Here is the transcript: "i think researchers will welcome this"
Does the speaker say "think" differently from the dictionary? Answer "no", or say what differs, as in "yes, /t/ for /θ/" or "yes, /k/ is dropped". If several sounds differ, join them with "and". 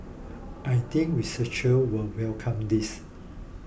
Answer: yes, /t/ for /θ/